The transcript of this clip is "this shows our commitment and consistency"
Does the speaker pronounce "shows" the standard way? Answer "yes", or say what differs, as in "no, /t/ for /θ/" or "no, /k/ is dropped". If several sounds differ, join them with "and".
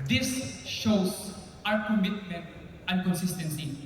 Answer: no, /s/ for /z/